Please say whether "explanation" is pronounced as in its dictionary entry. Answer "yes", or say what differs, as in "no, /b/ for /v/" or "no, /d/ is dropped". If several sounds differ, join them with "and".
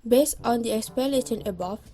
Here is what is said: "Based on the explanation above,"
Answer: no, /l/ is dropped